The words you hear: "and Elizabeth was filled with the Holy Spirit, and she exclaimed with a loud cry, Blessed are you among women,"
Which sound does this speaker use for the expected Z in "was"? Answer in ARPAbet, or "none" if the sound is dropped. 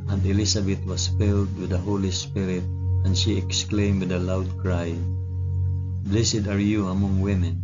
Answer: S